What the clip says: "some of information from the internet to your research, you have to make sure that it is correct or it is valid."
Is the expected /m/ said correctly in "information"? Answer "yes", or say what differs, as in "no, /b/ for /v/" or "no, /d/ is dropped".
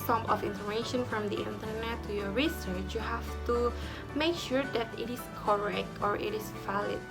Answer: no, /m/ is dropped